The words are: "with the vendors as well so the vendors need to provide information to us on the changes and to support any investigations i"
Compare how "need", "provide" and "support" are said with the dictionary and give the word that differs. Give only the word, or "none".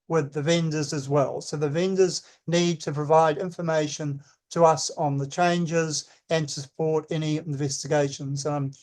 none